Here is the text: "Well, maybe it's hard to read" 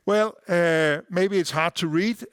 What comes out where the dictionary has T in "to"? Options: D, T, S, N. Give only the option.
T